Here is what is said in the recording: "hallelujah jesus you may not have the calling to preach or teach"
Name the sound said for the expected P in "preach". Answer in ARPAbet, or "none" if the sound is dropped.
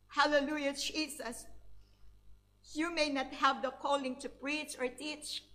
P